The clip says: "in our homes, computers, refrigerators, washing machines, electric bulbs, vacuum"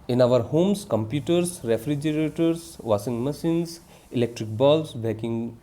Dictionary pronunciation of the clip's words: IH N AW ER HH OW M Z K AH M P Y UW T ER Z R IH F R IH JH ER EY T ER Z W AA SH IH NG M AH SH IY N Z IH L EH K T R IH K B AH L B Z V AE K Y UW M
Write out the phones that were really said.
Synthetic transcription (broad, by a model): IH N AW ER HH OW M S K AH M P Y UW T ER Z R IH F R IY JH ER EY T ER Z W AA S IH NG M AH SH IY N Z IH L EH K T R IH K B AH L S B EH K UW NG